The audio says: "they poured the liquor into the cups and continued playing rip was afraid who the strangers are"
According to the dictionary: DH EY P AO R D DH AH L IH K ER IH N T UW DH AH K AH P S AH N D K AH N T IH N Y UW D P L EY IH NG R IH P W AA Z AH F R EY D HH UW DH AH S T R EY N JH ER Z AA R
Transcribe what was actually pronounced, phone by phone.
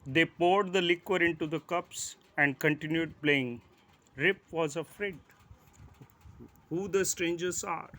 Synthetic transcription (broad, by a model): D EY P AO R D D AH L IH K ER IH N T UW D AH K AH P S AH N D K AH N T IH N Y UW D P L EY IH NG R IH P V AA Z AH F R EY D HH UW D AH S T R EY N JH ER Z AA R